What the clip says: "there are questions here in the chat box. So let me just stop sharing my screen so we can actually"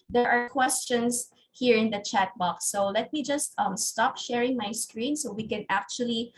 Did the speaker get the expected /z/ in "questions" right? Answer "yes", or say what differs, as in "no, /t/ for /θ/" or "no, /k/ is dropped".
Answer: no, /s/ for /z/